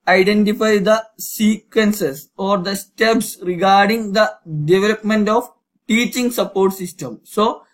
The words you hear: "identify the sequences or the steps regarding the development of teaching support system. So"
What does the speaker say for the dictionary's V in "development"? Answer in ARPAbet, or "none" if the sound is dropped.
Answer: V